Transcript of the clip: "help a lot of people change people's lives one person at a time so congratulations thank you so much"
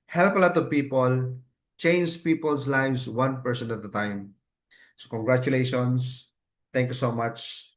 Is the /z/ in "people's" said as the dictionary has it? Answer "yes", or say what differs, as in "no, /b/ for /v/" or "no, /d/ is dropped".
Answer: no, /s/ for /z/